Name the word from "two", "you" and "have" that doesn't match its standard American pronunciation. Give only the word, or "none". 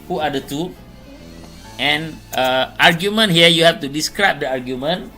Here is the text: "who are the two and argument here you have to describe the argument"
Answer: have